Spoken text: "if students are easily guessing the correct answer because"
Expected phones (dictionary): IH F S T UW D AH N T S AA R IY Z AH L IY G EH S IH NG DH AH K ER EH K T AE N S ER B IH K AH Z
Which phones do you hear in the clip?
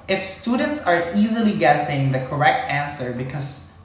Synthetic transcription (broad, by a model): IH F S T UW D AH N T S AA R IY Z AH L IY G EH S IH NG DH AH K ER EH K T AE N S ER B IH K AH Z